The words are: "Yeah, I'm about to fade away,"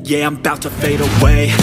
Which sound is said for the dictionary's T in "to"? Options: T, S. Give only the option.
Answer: T